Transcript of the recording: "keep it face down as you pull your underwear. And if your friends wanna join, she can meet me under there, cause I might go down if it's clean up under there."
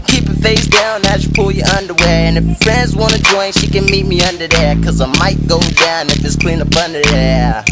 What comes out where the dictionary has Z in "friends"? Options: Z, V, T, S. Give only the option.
Z